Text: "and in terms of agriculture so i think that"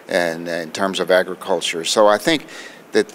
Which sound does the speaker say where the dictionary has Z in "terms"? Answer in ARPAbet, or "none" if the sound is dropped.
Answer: Z